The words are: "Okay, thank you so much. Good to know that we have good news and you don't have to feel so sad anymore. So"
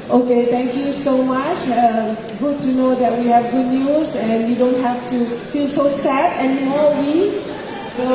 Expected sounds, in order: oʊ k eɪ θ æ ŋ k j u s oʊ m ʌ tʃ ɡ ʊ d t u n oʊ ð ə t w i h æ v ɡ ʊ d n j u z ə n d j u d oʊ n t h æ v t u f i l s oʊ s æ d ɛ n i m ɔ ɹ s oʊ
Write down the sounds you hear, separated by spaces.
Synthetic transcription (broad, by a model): oʊ k eɪ t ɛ ŋ k j u s oʊ m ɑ tʃ ɡ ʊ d t u n oʊ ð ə t w i h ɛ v ɡ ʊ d n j u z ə n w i d oʊ n t h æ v t u f i l s oʊ s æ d ɛ n i m ɔ w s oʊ